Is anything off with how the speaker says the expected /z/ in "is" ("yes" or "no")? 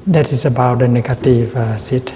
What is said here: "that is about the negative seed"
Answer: yes